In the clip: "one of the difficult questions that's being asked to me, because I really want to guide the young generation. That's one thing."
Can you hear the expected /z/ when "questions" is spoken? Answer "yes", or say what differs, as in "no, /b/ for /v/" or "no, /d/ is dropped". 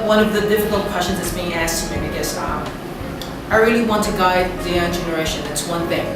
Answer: yes